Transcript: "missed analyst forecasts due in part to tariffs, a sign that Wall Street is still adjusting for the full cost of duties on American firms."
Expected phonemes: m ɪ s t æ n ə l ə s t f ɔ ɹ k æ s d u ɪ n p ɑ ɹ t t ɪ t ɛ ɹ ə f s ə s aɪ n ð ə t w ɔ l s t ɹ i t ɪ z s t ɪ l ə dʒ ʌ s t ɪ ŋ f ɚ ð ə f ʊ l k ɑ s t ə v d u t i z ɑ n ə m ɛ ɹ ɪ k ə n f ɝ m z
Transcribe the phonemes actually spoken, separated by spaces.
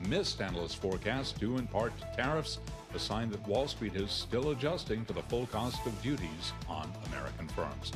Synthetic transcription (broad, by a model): m ɪ s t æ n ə l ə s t f ɔ ɹ k æ s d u ɪ n p ɑ ɹ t t ɪ t ɛ ɹ ə f s ə s aɪ n ð ə t w ɔ l s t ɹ i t ɪ z s t ɪ l ə dʒ ʌ s t ɪ ŋ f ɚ ð ə f ʊ l k ɑ s t ə v d u t i z n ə m ɛ ɹ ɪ k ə n f ɝ m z